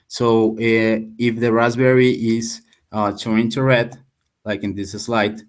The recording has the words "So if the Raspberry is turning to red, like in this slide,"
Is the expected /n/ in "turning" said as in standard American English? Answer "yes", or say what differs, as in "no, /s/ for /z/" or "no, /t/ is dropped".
no, /n/ is dropped